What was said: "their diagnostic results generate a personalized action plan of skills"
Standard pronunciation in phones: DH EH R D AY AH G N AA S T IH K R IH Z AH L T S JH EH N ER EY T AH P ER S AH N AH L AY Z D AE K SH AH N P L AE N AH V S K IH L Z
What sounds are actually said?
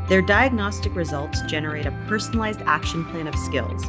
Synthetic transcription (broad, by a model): DH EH R D AY AH G N AA S T IH K R IH Z AH L T S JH EH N ER EY T AH P ER S AH N AH L AY Z D AE K SH AH N P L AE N AH V S K IH L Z